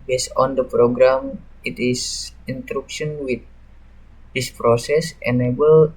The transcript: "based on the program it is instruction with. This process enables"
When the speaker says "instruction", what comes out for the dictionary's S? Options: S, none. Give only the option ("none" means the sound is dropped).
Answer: none